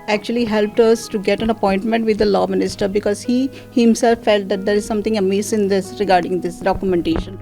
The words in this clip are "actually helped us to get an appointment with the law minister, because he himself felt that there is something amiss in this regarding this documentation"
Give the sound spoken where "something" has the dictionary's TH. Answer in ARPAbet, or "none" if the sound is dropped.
T